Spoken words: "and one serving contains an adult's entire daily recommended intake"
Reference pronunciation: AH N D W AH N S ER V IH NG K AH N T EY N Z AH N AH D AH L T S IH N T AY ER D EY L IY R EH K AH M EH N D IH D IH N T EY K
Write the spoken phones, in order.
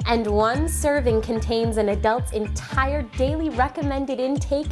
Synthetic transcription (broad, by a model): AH N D W AH N S ER V IH NG K AH N T EY N Z AH N AH D AH L T S IH N T AY ER D EY L IY R EH K AH M EH N D IH D IH N T EY K